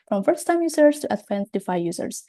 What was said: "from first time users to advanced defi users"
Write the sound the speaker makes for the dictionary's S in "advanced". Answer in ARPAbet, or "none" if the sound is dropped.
none